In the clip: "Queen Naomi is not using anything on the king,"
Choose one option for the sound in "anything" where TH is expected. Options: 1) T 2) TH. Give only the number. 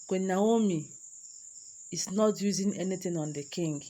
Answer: 1